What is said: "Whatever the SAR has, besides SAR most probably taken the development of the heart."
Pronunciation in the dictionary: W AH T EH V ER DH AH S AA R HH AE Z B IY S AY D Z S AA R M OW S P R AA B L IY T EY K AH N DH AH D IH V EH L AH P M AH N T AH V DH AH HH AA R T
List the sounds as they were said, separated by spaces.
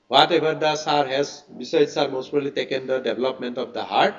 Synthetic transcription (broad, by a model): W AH T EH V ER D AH S AA R HH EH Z B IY S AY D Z S AA R M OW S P AA L IY T EY K AH N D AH D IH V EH L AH P M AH N T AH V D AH HH AA R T